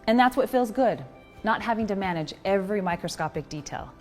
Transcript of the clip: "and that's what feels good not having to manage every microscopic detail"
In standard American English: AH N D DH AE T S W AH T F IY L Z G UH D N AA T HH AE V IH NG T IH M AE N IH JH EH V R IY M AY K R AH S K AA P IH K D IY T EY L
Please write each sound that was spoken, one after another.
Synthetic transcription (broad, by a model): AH N DH AE T S W AH T F IY L Z G UH D N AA T HH AE V IH NG T IH M AE N IH JH EH V R IY M AY K R AH S K AA P IH K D IY T EY L